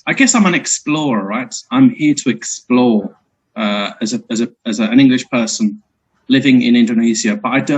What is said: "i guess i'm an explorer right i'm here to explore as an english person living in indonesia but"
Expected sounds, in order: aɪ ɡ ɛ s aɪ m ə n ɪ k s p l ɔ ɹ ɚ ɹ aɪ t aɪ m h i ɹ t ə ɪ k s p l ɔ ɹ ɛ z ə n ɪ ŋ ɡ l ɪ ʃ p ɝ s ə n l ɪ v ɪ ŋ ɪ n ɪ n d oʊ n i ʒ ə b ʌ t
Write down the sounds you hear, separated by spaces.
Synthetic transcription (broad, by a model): aɪ ɡ ɛ s aɪ m ə n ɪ k s p l ɔ ɹ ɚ ɹ aɪ t aɪ m h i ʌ t ə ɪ k s p l ɔ ɹ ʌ z ə n ɪ ŋ ɡ l ɪ ʃ p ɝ s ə n l ɪ v ɪ ŋ ɪ n ɪ n d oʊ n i z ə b ʌ t